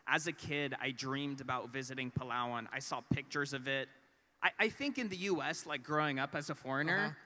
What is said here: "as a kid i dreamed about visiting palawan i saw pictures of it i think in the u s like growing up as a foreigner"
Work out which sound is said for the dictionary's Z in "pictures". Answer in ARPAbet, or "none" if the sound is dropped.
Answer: Z